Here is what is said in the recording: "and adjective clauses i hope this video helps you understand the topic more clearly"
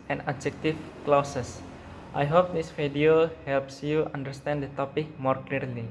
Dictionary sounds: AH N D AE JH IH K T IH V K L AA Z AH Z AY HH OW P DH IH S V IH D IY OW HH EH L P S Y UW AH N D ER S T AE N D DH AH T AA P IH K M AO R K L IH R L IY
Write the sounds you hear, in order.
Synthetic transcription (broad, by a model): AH N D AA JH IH K T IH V K L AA S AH S AY HH OW P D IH S F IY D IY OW HH EH L P S Y UW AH N D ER S T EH N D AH T AA P IH K M AO R K L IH R L IY